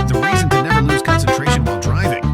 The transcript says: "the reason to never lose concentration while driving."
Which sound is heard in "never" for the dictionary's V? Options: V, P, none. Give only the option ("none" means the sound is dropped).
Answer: none